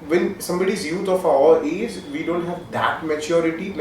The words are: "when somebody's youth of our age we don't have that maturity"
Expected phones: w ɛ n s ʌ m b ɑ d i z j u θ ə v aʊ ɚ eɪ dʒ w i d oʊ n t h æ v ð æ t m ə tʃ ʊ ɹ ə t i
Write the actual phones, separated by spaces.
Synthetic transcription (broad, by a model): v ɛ n s ʌ m b ɑ d i z j u t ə f aʊ ɚ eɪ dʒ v i d oʊ n t h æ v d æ t m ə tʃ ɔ ɹ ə t i